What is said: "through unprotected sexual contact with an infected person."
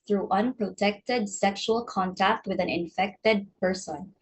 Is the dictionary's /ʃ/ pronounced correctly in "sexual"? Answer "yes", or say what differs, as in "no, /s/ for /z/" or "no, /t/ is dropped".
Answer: yes